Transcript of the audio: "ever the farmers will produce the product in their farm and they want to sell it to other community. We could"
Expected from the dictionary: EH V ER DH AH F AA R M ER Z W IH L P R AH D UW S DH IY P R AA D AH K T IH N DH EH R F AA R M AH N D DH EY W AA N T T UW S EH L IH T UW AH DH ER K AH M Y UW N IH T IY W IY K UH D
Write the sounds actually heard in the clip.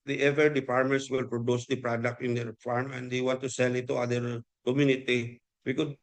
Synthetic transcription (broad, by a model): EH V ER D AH P AA R M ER S W IH L P R AH D UW S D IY P R AA D AH K T IH N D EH R F AA R M AH N D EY W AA N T T UW S EH L IH T UW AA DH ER K AH M Y UW N IH T IY W IY K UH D